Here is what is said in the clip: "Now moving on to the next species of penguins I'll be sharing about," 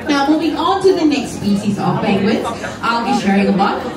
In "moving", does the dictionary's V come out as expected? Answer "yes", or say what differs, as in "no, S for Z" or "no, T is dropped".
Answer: no, B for V